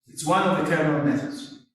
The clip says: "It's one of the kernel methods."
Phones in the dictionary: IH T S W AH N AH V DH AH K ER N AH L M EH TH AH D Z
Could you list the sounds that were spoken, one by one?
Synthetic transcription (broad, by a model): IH T S W AH N AH V DH AH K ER AH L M EH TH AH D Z